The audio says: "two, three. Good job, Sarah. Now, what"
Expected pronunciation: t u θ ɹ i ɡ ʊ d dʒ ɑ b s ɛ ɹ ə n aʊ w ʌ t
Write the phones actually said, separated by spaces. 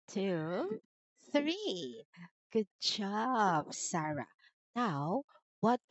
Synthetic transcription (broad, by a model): t u θ ɹ i ɡ ʊ d dʒ ɑ b s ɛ ɹ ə n aʊ w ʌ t